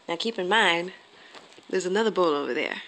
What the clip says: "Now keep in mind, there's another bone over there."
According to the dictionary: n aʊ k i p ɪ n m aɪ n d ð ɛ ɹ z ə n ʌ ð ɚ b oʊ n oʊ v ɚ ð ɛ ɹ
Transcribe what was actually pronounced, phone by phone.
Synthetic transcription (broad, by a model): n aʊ k i p ɪ n m aɪ n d ð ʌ ɹ z ə n ʌ ð ɚ b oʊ l oʊ v ɚ ð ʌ ɹ